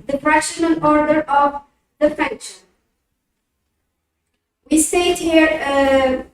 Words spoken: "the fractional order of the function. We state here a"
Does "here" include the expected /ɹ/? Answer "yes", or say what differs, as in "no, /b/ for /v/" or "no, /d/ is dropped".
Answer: yes